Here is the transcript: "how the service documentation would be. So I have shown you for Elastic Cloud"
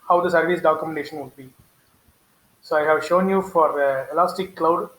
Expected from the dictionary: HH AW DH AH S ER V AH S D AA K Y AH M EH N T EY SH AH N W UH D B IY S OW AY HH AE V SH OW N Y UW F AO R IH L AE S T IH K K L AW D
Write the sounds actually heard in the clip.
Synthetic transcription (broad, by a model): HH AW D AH S ER V AH S D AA K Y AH M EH N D EY SH AH N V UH D B IY S OW AY HH AE V SH OW N Y UW F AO R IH L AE S T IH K K L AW D